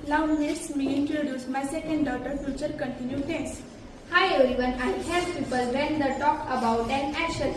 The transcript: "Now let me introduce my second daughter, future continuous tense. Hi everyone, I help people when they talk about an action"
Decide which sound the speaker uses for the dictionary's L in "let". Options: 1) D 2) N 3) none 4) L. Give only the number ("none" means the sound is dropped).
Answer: 2